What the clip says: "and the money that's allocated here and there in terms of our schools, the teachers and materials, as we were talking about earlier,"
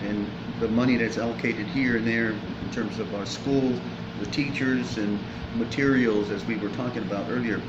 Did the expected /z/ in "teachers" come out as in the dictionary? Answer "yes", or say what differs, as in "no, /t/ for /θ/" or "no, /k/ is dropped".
yes